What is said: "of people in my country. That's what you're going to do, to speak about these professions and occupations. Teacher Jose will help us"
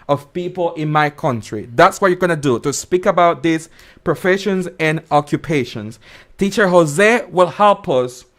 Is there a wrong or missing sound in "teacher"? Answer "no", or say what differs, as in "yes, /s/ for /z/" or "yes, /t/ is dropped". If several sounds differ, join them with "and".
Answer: no